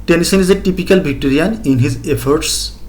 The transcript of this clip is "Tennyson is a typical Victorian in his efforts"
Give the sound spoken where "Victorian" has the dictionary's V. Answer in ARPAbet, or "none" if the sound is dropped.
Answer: B